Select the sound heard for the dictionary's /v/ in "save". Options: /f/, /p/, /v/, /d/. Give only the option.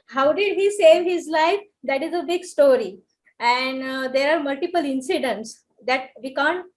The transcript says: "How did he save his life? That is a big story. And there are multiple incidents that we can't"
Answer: /v/